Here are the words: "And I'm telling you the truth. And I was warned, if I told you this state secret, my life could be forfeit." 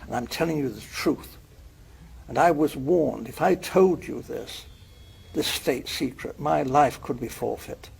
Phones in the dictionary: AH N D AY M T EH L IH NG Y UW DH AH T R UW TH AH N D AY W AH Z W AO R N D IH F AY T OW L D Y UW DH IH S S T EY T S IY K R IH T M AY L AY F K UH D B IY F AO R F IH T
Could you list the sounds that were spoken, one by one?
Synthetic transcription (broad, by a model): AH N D AY M T EH L IH NG Y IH DH AH T R UW TH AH N AY W AH Z W AO R N D IH F AY T OW L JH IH DH IH S S T EY T S IY K R IH T M AY L AY F K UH D B IY F AO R F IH T